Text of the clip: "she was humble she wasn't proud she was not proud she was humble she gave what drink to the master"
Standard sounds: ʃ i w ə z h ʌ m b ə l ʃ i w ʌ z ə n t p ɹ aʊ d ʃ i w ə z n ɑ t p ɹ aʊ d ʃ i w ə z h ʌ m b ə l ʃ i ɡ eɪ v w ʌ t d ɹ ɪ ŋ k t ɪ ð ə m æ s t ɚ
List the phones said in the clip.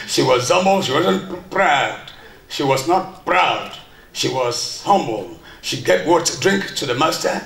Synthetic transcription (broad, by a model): ʃ i w ə z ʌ m b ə l ʃ i w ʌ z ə n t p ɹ aʊ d ʃ i w ə z n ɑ t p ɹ aʊ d ʃ i w ə z h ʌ m b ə l ʃ i ɡ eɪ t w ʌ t d ɹ ɪ ŋ k t ɪ ð ə m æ s t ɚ